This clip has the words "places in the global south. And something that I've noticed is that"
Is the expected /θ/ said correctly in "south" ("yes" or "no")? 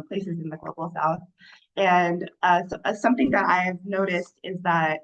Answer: yes